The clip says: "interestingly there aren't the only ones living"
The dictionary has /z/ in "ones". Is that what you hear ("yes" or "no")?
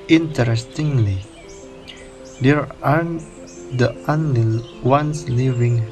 no